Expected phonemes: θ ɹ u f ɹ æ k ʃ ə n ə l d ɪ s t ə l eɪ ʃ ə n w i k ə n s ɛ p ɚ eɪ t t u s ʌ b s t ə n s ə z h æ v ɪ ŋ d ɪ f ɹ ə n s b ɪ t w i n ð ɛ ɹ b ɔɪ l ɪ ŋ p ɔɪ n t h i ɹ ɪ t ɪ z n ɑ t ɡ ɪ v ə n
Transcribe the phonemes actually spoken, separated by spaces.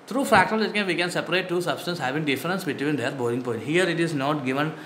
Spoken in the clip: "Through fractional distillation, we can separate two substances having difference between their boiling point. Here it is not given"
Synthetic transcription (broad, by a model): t ɹ u f æ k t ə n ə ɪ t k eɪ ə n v i k ə n s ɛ p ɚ eɪ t t u s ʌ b s t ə n s h æ v ɪ ŋ d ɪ f ɹ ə n s b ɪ t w i n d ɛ ɹ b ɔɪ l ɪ ŋ p ɔɪ n t h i ɹ ɪ t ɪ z n ɑ t ɡ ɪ v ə n